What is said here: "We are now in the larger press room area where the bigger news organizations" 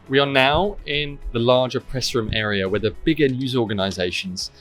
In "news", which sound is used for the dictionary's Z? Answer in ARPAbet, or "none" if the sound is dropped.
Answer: Z